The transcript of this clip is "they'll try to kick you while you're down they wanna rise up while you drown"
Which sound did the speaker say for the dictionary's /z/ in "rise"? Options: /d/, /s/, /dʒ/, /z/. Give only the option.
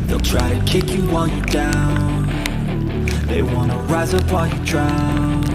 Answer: /z/